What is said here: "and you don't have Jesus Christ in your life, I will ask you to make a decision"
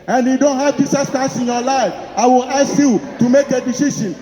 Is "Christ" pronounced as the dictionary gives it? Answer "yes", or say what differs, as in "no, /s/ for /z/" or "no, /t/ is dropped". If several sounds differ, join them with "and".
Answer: no, /ɹ/ is dropped and /t/ is dropped